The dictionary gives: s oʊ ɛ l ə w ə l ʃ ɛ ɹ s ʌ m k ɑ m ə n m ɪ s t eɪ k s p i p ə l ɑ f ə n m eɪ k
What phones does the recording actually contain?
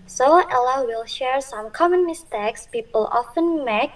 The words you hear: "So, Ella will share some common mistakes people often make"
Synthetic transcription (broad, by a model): s oʊ ɛ l ə w ə l ʃ ɛ ɹ s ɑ m k ɑ m ə n m ɪ s t eɪ k s p i p ə l ɑ f ə n m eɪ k